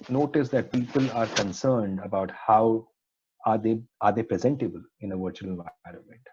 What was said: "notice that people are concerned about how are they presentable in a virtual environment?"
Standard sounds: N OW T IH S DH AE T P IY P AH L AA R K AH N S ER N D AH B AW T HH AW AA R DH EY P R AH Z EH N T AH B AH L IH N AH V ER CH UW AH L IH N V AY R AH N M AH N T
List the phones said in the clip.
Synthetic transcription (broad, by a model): N OW T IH S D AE T P IY P AH L AA R K AH N S ER N D AH B AW T HH AW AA R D EY P R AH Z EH N T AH B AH L IH N AH V ER CH UW AH L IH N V AY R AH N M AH N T